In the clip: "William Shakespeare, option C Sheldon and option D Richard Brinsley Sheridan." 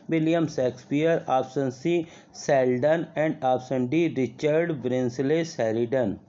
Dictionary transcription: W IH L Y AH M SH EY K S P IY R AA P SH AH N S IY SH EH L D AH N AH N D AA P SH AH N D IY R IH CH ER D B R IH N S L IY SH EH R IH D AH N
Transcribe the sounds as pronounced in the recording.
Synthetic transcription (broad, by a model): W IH L Y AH M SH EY K S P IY R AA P S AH N S IY S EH L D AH N AH N D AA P S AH N D IY R IH CH ER D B R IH N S L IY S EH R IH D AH N